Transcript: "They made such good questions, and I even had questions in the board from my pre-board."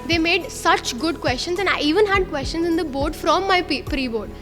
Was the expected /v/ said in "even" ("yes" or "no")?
yes